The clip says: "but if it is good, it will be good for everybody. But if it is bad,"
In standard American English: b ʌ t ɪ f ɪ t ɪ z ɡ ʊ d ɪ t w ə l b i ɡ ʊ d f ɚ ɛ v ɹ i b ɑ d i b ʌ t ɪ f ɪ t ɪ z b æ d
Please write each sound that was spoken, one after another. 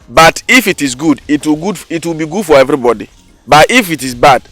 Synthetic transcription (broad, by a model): b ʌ t ɪ f ɪ t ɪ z ɡ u d ɪ t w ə w b i ɡ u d f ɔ ɛ v ɹ i b ɑ d i b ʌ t ɪ f ɪ t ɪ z b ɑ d